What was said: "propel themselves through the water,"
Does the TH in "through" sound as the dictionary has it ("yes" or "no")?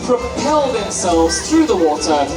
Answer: yes